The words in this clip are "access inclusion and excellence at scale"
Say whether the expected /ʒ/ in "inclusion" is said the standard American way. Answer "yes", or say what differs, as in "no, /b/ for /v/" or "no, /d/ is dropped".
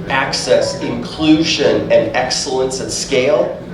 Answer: yes